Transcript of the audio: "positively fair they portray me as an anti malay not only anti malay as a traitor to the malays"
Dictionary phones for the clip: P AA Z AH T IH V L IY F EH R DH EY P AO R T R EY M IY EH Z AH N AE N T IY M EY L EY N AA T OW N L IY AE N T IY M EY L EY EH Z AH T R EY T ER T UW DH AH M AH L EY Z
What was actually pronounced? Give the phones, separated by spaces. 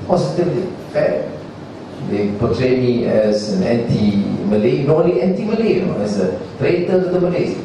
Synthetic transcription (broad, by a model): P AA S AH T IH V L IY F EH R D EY P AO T R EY M IY EH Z AH N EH N T IY M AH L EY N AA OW L IY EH N T IY M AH L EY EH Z AH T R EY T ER T UW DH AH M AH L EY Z